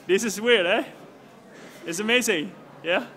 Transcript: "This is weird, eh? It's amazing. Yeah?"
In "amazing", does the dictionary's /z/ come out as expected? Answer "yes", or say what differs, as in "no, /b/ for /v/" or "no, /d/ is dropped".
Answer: yes